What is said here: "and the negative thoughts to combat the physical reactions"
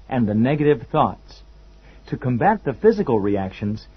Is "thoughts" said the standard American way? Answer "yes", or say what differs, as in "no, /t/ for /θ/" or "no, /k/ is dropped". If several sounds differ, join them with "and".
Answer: yes